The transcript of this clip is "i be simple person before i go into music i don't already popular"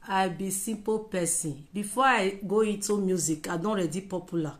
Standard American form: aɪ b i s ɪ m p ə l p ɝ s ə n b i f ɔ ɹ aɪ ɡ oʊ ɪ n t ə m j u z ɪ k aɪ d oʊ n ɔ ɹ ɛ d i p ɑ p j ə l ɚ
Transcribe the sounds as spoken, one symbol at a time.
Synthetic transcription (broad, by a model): aɪ b i s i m p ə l p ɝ s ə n b i f ɔ aɪ ɡ oʊ ɪ n t ə m j u z ɪ k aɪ d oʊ ɔ ɹ ɛ d i p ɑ p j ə l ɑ